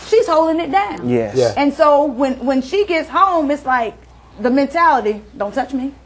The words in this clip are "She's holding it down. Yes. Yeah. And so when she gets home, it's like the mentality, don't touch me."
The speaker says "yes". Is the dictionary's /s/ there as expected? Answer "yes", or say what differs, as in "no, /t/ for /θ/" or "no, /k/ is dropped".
no, /s/ is dropped